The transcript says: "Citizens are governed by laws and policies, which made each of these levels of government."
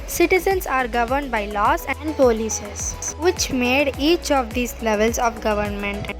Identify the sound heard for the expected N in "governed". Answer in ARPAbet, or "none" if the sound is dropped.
N